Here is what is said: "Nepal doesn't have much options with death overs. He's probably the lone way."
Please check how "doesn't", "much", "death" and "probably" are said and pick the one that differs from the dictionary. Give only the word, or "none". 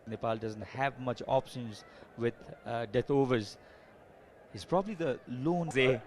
death